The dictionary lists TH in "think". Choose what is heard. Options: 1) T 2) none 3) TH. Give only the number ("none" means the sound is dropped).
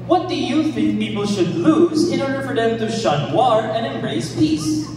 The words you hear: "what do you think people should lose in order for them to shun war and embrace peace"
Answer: 3